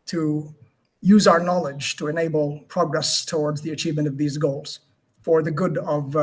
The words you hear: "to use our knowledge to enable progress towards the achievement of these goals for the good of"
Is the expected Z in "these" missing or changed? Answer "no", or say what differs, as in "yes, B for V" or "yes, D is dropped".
no